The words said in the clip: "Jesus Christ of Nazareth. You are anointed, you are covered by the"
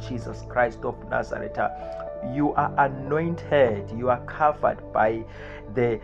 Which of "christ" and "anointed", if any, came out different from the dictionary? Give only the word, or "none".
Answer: none